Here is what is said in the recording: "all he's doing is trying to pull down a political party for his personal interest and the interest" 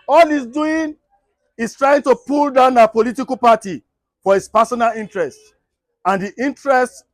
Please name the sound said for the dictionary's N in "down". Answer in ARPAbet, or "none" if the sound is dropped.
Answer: N